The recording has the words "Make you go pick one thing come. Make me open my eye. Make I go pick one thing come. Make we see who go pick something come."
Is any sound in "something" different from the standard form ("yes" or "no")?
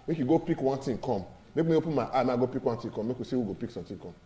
yes